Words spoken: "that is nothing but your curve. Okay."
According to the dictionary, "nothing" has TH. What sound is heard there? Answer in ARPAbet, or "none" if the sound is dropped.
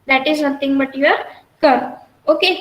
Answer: T